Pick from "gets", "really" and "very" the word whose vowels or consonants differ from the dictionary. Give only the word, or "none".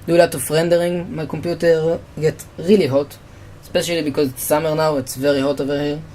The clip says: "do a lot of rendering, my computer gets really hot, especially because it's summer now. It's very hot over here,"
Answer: gets